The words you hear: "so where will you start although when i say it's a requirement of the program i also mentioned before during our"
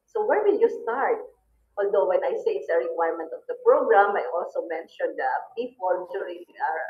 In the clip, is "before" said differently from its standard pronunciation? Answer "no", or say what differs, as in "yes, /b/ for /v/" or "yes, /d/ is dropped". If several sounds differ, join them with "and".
yes, /p/ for /f/